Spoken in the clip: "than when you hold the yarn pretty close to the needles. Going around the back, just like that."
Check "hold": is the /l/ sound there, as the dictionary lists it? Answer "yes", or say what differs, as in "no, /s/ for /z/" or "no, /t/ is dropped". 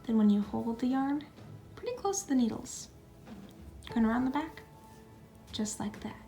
yes